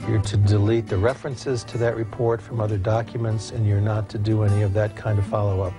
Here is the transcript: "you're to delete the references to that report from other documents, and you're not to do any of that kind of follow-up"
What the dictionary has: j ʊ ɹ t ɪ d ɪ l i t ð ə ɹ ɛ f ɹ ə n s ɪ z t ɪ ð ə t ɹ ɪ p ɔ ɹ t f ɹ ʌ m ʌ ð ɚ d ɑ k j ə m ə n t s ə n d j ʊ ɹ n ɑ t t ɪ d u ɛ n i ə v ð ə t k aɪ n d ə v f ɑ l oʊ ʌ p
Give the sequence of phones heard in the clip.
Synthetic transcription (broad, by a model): j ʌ ɹ t ɪ d ɪ l i t ð ə ɹ ɛ f ɹ ə n s ɪ z t ɪ ð ə t ɹ ɪ p ɔ ɹ t f ɹ ʌ m ʌ ð ɚ d ɑ k j ə m ə n t s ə n j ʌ ɹ n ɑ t t ɪ d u ɛ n i ə v ð ə t k aɪ n d ə v f ɑ l oʊ ʌ p